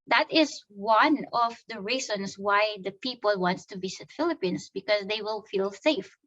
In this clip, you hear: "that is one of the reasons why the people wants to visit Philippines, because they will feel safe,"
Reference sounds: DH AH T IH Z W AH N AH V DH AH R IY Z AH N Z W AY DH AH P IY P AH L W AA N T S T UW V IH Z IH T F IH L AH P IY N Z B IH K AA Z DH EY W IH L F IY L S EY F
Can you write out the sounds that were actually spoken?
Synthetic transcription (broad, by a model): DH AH T IH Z W AH N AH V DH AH R IY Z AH N S W AY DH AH P IY P AH L W AA N T S T UW B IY S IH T F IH L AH P IY N S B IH K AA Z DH EY W IH L F IY L S EY F